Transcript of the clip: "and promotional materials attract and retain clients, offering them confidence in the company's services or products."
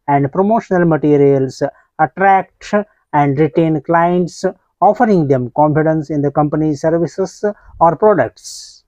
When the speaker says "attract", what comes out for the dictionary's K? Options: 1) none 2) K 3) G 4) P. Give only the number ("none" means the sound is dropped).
2